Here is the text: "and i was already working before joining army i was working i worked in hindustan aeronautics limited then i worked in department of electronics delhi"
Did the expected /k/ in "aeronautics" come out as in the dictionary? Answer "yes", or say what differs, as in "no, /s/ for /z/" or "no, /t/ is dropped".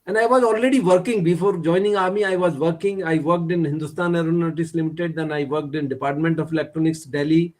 no, /k/ is dropped